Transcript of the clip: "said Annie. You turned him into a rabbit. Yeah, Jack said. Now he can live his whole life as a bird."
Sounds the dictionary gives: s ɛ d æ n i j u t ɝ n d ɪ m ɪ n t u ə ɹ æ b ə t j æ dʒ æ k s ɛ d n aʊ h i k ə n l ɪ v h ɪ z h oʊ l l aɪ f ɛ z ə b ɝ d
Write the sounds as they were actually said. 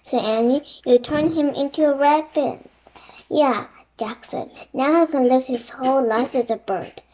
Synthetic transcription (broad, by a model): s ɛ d æ n i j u t ɝ n ɪ m ɪ n t u ə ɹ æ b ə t j æ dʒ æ k s ɛ d n aʊ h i k ə n l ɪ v h ɪ z h oʊ l l aɪ f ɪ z ə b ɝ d